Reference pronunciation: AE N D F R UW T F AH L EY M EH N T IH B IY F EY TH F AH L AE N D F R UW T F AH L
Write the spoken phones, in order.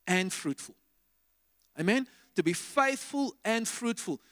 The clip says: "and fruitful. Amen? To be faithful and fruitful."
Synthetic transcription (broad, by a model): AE N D F R UW T F AH L EY M EH N T IH B IY F EY TH F AH L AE N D F R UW T F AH L